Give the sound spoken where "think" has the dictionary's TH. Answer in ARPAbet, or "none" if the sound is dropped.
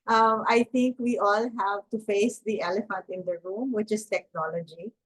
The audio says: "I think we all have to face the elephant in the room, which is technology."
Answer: T